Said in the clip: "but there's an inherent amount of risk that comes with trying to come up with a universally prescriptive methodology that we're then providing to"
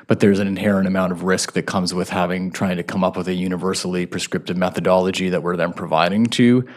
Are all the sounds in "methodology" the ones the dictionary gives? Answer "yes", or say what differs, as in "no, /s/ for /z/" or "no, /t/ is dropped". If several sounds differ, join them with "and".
yes